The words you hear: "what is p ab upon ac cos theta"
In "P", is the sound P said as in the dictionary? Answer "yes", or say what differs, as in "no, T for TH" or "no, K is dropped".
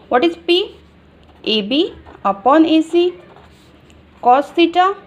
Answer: yes